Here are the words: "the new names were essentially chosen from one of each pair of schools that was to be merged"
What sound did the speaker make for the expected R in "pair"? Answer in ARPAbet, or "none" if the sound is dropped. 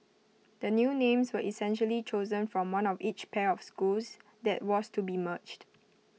R